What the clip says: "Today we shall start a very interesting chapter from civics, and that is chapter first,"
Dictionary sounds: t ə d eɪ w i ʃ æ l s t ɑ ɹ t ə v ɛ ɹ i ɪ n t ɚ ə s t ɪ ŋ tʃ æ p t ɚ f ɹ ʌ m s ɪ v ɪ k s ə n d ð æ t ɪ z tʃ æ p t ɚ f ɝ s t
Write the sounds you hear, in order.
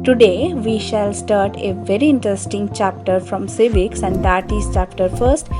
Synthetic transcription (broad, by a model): t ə d eɪ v i ʃ æ l s t ɑ ɹ t ə v ɛ ɹ i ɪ n t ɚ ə s t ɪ ŋ tʃ æ p t ɚ f ɹ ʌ m s ɪ v ɪ k s ə n d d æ t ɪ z tʃ æ p t ɚ f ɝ s t